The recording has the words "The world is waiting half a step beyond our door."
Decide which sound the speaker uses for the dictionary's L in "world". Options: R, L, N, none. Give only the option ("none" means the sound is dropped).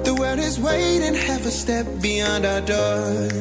none